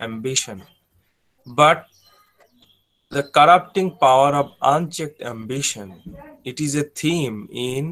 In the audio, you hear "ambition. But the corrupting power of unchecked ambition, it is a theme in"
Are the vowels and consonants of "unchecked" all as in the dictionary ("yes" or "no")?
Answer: yes